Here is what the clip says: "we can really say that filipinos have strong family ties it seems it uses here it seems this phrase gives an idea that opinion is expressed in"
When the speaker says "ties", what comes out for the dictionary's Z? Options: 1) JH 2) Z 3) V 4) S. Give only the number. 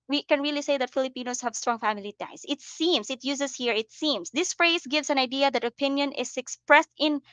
4